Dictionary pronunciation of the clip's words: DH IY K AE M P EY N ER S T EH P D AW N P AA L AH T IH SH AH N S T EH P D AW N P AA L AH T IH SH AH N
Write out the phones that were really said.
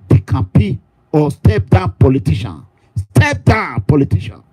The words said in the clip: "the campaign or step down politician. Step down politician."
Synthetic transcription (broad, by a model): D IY K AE P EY AO S T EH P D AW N P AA L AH T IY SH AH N S T EH P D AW P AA L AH T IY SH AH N